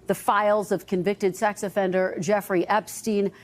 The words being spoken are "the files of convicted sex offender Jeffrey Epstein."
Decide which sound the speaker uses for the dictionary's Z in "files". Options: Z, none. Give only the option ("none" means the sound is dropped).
Z